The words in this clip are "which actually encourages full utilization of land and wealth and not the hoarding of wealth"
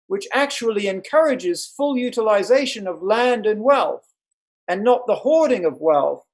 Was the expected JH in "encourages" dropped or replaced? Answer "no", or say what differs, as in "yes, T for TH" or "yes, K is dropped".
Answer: no